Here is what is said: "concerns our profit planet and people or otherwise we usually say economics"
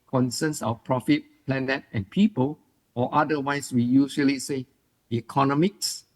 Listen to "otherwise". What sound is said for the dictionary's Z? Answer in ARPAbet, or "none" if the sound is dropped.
S